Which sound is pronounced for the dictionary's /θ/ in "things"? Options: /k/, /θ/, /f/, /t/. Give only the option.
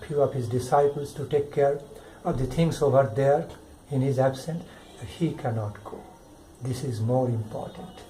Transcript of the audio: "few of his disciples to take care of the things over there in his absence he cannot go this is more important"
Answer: /t/